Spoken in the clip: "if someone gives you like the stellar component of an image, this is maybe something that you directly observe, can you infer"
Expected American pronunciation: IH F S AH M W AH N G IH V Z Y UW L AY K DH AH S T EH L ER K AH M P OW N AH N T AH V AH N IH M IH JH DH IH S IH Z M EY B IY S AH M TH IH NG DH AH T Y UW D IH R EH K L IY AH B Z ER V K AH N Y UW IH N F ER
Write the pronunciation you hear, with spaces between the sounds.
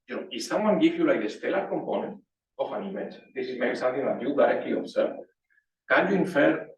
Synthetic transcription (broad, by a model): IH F S AH M W AH N G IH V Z Y UW L AY K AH S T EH L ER K AH M P OW N AH N T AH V AH N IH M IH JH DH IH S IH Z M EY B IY S AH M TH IH NG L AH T Y UW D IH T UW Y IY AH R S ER F K AH N Y UW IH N F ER